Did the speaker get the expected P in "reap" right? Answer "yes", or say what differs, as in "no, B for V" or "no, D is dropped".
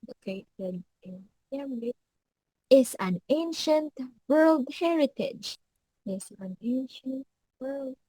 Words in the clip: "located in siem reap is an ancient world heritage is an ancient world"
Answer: no, P is dropped